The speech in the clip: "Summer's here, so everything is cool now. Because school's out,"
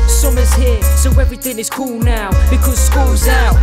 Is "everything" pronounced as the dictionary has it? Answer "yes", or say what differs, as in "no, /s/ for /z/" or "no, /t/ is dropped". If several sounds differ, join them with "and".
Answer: yes